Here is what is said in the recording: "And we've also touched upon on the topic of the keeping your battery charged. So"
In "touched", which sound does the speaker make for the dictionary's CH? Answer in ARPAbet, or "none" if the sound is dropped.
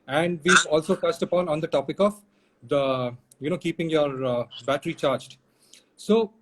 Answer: S